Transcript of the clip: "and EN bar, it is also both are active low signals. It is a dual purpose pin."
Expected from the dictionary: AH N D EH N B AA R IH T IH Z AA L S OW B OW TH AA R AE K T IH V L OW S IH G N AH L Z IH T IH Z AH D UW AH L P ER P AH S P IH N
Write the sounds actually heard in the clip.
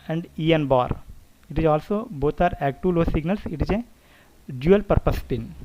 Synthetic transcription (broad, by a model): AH N D EH N B AA R IH T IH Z AA L S OW B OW T AA R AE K T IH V L OW S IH G N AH L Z IH T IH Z AH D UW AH L P ER P AH S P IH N